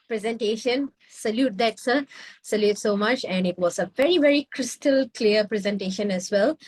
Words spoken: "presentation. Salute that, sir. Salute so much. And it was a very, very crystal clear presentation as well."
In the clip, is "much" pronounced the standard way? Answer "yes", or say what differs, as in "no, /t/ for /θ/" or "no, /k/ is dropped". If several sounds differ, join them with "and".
yes